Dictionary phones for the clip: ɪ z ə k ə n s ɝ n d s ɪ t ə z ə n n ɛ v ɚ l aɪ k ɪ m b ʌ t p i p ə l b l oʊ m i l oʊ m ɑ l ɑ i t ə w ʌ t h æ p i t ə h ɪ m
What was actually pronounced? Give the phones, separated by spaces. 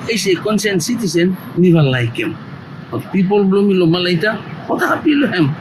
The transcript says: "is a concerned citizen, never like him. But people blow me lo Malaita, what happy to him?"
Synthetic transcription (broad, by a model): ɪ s ə k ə n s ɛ n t s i t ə s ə n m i b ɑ l aɪ k ɪ m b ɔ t p i p ə l b l oʊ m i l oʊ m ɑ l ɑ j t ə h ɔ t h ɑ p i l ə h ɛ m